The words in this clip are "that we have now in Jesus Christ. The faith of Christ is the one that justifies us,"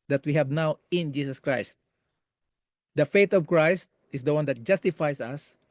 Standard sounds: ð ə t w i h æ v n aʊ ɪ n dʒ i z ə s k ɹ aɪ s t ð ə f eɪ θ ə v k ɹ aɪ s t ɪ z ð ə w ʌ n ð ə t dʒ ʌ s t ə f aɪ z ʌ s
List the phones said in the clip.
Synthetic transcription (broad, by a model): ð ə t w i h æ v n aʊ ɪ n dʒ i s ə s k ɹ aɪ s t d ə f eɪ t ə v k ɹ aɪ s t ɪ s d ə w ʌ n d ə t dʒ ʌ s t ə f aɪ s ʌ s